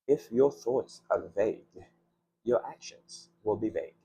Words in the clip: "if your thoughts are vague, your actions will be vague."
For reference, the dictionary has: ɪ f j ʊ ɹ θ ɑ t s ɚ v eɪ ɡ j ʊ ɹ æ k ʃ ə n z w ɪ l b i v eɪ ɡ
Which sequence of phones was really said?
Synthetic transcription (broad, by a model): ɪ f j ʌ ɹ θ ɑ t s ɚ v eɪ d j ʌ ɹ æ k ʃ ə n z w ɪ l b i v eɪ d